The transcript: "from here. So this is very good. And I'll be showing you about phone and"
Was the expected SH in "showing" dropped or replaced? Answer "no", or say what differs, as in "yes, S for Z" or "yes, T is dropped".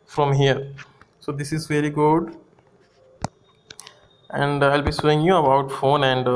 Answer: yes, S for SH